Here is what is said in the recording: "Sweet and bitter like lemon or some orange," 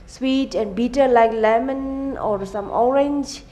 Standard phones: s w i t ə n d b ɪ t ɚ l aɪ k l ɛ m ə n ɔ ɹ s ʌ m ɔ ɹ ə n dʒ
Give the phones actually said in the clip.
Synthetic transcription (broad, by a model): s w i t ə n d b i t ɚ l aɪ k l ɛ m ə n ɔ ɹ s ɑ m ɔ ɹ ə n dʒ